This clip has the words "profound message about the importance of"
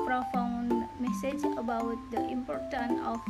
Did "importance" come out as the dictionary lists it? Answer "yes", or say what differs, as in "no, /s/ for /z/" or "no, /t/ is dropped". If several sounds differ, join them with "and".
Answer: no, /s/ is dropped